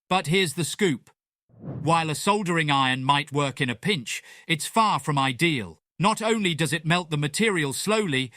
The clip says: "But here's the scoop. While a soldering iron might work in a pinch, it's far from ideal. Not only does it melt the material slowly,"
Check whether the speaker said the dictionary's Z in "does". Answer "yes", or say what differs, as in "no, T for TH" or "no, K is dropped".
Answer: yes